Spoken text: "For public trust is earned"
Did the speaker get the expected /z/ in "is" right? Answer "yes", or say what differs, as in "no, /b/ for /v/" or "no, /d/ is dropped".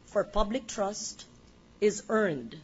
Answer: yes